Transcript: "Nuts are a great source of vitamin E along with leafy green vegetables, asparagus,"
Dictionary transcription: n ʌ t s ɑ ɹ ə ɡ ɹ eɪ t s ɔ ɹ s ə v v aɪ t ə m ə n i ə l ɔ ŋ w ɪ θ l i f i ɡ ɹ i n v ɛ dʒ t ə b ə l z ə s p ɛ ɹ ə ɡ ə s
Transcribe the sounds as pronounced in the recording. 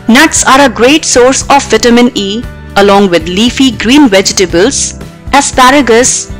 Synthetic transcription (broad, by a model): n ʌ t s ɑ ɹ ə ɡ ɹ eɪ t s ɔ ɹ s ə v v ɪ t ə m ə n i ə l ɔ ŋ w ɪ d l i f i ɡ ɹ i n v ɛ dʒ t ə b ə l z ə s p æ ɹ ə ɡ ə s